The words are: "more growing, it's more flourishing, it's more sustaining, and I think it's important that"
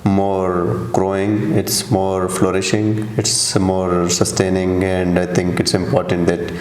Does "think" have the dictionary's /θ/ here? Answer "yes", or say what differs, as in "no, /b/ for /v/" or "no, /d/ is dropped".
no, /t/ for /θ/